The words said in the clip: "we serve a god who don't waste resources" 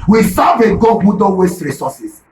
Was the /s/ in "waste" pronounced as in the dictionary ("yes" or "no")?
yes